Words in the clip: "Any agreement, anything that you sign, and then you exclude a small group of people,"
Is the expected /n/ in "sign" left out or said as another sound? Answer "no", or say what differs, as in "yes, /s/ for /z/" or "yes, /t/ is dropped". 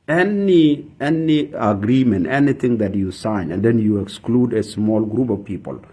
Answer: no